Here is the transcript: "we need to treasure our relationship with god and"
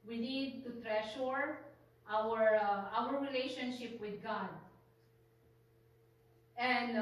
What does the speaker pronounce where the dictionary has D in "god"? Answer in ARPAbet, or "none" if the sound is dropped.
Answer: D